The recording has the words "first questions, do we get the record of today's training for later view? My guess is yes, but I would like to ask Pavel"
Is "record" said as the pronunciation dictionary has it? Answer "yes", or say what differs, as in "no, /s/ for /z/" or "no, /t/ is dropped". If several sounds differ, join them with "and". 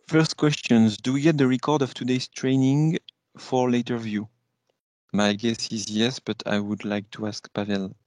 yes